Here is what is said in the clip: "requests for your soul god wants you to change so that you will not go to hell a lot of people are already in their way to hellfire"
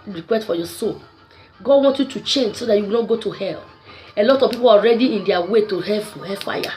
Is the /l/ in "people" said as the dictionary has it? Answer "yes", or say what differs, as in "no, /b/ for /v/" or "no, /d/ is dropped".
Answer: no, /w/ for /l/